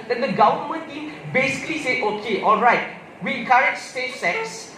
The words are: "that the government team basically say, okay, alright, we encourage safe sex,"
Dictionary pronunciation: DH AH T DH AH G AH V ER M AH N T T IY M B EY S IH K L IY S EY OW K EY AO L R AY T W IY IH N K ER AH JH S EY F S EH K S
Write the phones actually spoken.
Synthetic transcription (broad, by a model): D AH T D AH G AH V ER M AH N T T IY M B EY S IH K L IY S EY OW K EY AO L R AY T W IY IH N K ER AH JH S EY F S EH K S